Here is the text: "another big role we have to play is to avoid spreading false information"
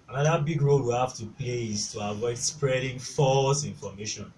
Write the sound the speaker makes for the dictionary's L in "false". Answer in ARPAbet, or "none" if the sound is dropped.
L